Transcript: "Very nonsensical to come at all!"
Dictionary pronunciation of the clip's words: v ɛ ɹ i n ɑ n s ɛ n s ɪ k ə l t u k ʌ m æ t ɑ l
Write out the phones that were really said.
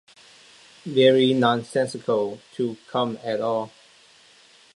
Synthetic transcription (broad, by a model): v ɛ ɹ i n ɑ n s ɛ n s ɪ k ə l t u k ʌ m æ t ɑ l